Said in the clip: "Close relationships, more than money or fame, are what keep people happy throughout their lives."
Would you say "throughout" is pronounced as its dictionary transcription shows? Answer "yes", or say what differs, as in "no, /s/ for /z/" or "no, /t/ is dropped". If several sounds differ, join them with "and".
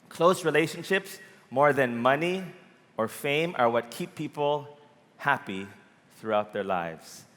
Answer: yes